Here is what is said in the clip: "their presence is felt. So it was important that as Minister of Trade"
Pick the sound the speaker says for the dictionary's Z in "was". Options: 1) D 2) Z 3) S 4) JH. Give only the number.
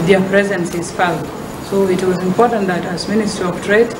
2